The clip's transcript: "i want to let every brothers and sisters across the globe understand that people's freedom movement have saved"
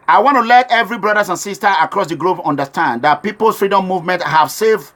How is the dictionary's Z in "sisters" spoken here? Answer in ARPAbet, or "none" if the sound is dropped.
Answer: none